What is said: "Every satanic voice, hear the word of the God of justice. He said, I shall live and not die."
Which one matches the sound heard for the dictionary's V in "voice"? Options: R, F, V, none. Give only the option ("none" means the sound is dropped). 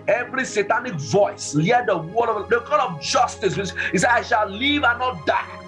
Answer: V